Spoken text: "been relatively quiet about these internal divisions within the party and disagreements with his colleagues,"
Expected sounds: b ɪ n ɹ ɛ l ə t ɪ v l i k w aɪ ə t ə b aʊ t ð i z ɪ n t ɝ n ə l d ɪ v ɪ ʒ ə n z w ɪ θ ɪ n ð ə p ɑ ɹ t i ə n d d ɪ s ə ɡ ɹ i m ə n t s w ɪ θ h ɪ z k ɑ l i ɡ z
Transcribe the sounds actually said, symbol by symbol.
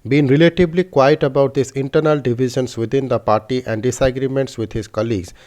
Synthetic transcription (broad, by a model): b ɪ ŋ ɹ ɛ l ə t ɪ b l i k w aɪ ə t ə b aʊ t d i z ɪ n t ɝ n ə l d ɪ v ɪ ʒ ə n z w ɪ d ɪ n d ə p ɑ ɹ t i ə n d d ɪ s ə ɡ ɹ i m ə n t s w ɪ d h ɪ z k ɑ l i ɡ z